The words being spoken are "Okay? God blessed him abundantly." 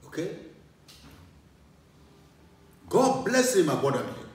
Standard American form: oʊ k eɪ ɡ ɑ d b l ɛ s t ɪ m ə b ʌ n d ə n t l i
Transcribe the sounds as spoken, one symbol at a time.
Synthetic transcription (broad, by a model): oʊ k eɪ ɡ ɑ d b l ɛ s ɪ m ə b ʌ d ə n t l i